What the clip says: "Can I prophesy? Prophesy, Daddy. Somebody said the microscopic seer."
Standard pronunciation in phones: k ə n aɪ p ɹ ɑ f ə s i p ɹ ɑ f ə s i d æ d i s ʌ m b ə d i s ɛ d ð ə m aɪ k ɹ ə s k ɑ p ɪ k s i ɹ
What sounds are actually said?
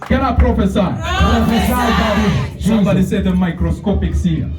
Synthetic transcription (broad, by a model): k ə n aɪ p ɹ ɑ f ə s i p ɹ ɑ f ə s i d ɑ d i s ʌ b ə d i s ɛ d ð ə m aɪ k ɹ ə s k ɑ p ɪ k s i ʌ